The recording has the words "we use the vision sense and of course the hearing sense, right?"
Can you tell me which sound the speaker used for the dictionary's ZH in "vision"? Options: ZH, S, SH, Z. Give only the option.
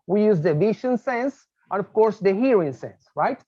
SH